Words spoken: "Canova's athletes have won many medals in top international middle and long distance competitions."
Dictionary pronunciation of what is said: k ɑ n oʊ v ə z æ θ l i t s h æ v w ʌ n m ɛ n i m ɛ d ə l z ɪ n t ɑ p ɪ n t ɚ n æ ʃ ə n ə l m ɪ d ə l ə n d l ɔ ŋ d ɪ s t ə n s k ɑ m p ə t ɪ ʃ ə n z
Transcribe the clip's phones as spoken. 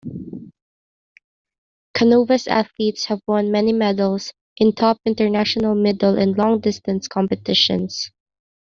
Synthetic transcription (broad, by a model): k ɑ n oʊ v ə s æ θ l i t s h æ v w ʌ n m ɛ n i m ɛ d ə l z ɪ n t ɑ p ɪ n t ɚ n æ ʃ ə n ə l m ɪ d ə l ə n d l ɔ ŋ d ɪ s t ə n s k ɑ m p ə t ɪ ʃ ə n s